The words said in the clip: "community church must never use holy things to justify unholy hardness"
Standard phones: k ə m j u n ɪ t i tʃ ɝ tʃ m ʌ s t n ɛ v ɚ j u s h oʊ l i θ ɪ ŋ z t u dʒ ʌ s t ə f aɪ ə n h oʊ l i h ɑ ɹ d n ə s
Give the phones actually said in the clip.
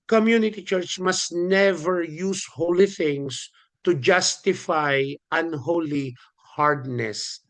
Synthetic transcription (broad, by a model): k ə m j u n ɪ t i tʃ ɝ tʃ m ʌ s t n ɛ v ɚ j u s h oʊ l i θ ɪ ŋ s t u dʒ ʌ s t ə f aɪ ə n h oʊ l i h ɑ ɹ d n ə s